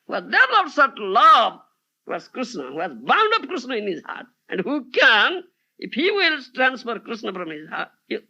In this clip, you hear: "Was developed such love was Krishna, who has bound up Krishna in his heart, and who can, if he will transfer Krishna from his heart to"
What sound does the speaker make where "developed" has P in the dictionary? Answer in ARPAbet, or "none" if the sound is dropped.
none